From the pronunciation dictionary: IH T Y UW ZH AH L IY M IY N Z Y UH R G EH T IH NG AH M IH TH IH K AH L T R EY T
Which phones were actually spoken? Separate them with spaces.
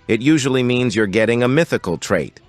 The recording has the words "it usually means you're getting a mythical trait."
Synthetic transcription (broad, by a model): IH T Y UW ZH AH L IY M IY N Z Y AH R G EH T IH NG AH M IH TH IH K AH L T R EY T